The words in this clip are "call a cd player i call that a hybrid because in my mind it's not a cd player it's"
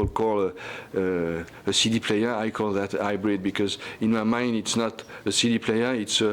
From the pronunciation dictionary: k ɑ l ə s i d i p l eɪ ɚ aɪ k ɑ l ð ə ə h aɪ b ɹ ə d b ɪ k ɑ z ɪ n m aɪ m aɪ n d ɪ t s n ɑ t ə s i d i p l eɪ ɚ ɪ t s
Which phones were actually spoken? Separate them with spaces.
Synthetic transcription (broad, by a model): k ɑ l ə s i d i p l eɪ ɚ aɪ k ɑ l ð ə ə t aɪ b ɹ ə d b ɪ k ɑ z ɪ n m aɪ m aɪ n d ɪ t s n ɑ t ə s i d i p l eɪ ɚ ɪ t s